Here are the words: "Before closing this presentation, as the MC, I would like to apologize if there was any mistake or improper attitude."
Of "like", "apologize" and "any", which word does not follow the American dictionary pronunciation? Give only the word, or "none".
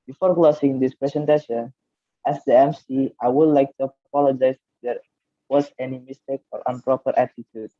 apologize